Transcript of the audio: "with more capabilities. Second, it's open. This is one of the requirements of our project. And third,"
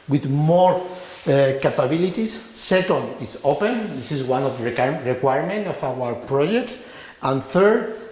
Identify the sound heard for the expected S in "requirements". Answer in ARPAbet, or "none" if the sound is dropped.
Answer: none